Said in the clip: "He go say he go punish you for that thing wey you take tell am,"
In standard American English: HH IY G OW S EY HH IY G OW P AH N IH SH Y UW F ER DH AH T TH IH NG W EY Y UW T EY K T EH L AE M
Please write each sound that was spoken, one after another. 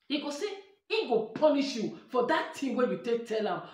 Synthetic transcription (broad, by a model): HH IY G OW S EY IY G OW P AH N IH SH Y UW F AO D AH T T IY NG W EY Y UW T EY K T EH L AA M